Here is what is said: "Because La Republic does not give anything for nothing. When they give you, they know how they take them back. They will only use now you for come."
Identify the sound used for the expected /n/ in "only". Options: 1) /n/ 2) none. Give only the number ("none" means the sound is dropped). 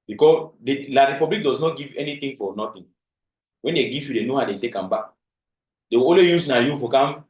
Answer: 2